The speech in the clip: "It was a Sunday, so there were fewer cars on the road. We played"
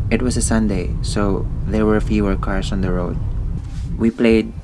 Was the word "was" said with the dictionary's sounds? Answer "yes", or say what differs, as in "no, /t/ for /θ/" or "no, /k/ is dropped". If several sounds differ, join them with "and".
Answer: no, /s/ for /z/